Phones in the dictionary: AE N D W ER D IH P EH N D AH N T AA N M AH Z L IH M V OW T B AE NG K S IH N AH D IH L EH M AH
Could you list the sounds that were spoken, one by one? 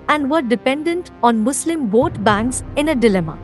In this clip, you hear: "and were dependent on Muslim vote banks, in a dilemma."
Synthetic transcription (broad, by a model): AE N D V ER D IH P EH N D AH N T AA N M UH S L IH M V OW T B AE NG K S IH N AH D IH L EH M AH